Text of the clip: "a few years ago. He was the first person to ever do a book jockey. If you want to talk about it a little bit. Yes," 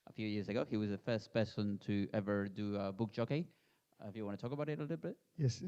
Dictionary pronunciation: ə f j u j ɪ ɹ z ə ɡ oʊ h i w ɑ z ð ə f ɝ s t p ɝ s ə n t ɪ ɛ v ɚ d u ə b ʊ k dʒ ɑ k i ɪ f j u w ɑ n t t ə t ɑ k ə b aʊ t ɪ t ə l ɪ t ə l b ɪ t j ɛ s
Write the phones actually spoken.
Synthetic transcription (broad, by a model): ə f j u j ɪ ɹ z ə ɡ oʊ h i w ɑ z ð ə f ɝ s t p ɝ s ə n t ɪ ɛ v ɚ d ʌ ə b ʊ k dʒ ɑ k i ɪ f j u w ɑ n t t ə t ɑ k ə b aʊ t ɪ t ə l ɪ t l b ɪ t j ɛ s